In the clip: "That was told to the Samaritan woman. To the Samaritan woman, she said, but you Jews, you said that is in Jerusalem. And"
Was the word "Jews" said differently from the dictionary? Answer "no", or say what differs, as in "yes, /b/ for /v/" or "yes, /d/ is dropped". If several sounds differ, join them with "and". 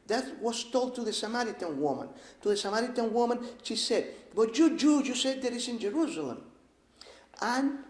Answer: yes, /z/ is dropped